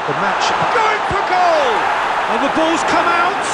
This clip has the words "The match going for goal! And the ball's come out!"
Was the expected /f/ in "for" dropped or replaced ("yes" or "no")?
yes